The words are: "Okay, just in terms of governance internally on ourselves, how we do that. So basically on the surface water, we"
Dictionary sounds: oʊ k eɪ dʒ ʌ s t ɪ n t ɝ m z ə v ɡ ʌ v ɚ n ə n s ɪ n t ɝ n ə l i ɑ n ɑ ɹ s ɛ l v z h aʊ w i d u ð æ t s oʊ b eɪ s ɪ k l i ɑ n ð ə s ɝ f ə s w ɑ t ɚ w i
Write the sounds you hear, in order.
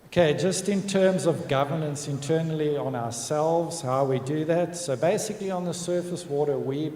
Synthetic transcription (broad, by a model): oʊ k eɪ dʒ ʌ s t ɪ n t ɝ m z ə v ɡ ʌ v ɚ n ə n s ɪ n t ɝ n l i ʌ n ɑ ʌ s ɛ l v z h aʊ w i d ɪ ð æ t s oʊ b eɪ s ɪ k l i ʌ n ð ə s ɝ f ə s w ɑ t ɚ w i